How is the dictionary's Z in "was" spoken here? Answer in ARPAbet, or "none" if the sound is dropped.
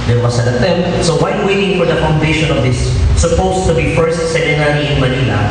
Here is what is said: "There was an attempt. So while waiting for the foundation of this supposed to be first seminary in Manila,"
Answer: S